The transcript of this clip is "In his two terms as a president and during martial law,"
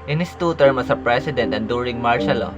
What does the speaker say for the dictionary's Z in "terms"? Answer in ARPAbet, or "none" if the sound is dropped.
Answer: none